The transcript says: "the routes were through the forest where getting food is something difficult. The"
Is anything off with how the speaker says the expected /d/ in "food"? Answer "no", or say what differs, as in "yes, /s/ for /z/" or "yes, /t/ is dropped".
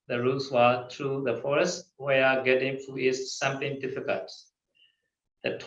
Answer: yes, /d/ is dropped